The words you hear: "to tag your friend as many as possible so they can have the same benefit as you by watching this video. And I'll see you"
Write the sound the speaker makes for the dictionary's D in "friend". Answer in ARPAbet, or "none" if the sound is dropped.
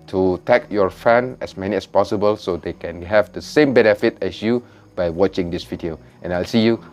none